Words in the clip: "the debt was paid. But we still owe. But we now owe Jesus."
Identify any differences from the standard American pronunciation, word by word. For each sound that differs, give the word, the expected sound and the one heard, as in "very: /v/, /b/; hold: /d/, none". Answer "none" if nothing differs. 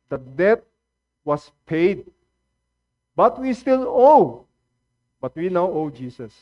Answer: was: /z/, /s/